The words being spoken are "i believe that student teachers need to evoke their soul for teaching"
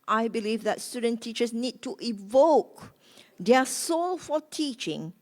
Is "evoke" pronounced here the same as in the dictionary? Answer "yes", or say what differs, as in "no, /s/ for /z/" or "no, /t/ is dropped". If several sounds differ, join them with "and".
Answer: yes